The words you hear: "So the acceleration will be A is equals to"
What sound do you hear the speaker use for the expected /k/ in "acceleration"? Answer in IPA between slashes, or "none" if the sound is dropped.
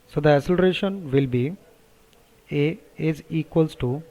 none